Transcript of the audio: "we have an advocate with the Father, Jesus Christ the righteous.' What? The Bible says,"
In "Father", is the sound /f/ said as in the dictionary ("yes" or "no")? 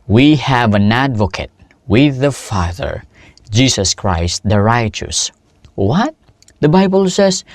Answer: yes